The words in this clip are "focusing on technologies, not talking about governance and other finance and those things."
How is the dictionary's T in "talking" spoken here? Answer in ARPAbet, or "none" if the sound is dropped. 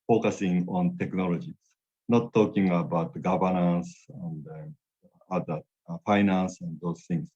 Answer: T